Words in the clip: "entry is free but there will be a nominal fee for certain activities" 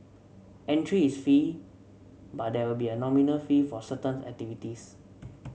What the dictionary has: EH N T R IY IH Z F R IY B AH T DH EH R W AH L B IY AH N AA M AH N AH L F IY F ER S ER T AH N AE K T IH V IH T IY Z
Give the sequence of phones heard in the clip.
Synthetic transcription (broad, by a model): EH N T R IY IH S F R IY B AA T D EH W AH L B IY AH N AA M AH N AH L F IY F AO S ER T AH N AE K T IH V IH T IY S